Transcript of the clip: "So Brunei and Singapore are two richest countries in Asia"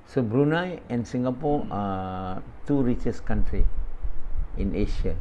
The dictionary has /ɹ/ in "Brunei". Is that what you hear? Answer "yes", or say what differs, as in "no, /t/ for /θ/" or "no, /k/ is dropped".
yes